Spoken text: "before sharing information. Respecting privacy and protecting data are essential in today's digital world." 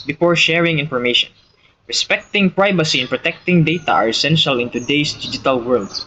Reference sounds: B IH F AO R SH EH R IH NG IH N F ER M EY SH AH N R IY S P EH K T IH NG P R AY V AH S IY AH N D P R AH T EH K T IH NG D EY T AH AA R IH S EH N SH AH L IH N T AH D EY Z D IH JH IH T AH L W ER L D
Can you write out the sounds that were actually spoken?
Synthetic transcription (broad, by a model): B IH F AO R SH EH R IH NG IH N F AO M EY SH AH N R IY S P EH K T IH NG P R AY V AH S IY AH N P R AH T EH K T IH NG D EY T AH AA R IH S EH N SH AH L IH N T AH D EY S D IH JH IH T AH L W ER L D